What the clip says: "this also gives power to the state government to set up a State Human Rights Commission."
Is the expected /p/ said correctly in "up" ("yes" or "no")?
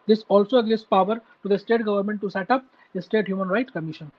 yes